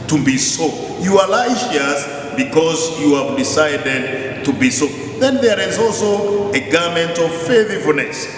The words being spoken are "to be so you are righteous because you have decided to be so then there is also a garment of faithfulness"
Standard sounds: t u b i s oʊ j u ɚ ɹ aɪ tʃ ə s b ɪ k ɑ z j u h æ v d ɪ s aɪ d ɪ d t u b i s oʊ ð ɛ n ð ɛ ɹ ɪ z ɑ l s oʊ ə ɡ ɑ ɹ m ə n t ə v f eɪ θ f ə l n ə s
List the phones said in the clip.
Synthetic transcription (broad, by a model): t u b i s oʊ j u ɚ l aɪ ʃ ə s b ɪ k ɑ z j u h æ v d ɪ s aɪ d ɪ d t u b i s oʊ ð ɛ n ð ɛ ɹ ɪ z ɑ l s oʊ ə ɡ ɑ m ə n t ə v f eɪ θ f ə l n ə s